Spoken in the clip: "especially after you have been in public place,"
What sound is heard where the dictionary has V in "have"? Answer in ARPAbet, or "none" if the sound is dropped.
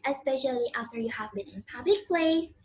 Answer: V